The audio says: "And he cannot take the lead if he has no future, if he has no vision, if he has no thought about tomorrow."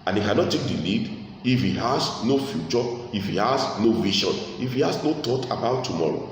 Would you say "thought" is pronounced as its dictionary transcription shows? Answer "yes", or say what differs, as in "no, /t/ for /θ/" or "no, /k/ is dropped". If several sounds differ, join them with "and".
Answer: no, /t/ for /θ/